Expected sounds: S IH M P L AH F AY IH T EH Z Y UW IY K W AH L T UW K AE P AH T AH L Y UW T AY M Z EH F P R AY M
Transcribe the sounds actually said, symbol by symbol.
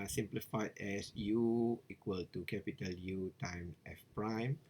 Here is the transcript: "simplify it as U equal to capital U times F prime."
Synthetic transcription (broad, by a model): S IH M P L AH F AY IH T EH S Y UW IY K W AH L T UW K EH P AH T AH L Y UW T AY M EH F P R AY M